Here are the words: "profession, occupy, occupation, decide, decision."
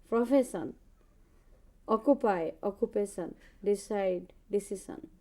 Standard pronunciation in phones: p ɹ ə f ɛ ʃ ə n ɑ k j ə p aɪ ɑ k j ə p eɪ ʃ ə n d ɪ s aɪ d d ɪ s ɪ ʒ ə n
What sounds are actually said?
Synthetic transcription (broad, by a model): p ɹ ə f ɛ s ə n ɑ k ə p aɪ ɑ k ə p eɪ s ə n d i s aɪ d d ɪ s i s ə n